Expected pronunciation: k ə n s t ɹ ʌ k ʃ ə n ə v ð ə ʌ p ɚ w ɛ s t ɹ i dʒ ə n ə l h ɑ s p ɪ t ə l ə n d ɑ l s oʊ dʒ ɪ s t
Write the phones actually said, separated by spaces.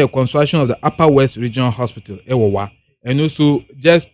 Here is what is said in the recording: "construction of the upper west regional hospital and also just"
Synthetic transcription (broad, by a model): k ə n s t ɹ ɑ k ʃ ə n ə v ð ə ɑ p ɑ w ɛ s t ɹ i dʒ ə n ə l h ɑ s p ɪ t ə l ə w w ɑ n s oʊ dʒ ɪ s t